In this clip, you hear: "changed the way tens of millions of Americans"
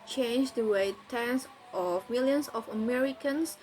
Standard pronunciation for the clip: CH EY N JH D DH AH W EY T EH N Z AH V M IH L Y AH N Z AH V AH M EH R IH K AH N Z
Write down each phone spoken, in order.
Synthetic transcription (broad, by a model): CH EY N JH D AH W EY T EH N S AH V M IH L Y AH N S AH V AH M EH R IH K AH N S